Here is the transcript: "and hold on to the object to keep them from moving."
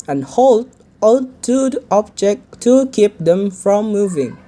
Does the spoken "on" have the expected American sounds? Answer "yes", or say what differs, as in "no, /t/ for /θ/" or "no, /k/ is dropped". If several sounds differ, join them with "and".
no, /l/ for /n/